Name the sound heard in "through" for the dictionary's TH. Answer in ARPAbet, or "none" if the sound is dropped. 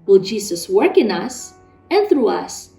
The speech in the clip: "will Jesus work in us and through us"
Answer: TH